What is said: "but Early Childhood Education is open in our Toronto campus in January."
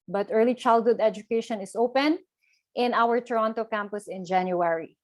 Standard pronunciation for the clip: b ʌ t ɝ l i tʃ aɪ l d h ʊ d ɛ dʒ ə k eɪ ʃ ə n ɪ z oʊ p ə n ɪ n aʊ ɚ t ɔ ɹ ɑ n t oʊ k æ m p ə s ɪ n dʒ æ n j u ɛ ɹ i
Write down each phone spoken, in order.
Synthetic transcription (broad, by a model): b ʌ t ɝ l i tʃ aɪ l d h ʊ d ɛ dʒ ə k eɪ ʃ ə n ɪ s oʊ p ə n ɪ n aʊ ɚ t ɔ ɹ ɑ n t oʊ k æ m p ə s ɪ n dʒ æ n j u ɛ ɹ i